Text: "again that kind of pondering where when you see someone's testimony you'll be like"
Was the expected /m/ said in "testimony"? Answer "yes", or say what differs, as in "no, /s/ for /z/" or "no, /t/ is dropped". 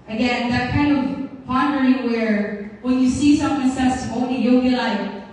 no, /m/ is dropped